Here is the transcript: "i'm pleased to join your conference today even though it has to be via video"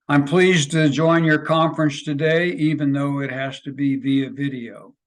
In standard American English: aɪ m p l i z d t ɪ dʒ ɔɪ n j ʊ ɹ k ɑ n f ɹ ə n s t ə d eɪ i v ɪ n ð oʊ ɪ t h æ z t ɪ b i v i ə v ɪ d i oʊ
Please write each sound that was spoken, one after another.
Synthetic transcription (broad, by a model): aɪ m p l i z t ɪ dʒ ɔɪ n j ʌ ɹ k ɑ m f ɹ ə n s t ə d eɪ i v ɪ n ð oʊ ɪ t h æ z t ɪ b i v i ə v ɪ d i oʊ